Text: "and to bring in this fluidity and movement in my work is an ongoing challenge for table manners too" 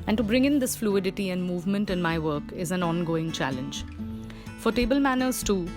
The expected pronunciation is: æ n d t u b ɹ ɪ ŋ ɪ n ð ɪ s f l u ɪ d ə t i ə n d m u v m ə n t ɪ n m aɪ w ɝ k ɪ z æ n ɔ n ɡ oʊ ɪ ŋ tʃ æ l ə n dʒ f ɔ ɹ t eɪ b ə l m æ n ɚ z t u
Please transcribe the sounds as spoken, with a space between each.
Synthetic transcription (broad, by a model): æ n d t u b ɹ ɪ ŋ ɪ n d ɪ s f l u ɪ d ə t i ə n d m u v m ə n t ɪ n m aɪ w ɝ k ɪ z æ n ɔ n ɡ oʊ ɪ ŋ tʃ æ l ə n dʒ f ɔ ɹ t eɪ b ə l m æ n ɚ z t u